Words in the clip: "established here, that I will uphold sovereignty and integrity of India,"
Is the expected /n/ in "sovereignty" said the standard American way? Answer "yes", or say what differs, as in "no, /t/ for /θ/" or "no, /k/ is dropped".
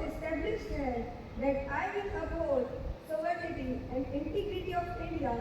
no, /n/ is dropped